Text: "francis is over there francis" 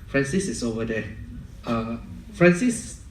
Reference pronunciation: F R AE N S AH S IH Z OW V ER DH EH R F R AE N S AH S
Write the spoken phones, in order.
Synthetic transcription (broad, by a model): F R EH N S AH S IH S OW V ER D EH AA F R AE N S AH S